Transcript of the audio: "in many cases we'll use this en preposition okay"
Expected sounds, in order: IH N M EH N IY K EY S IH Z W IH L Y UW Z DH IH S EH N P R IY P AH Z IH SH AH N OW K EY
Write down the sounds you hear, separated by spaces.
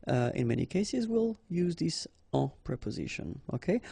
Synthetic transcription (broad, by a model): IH N M EH N IY K EY S IH Z W IH L Y UW Z DH IH S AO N P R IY P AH Z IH SH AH N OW K EY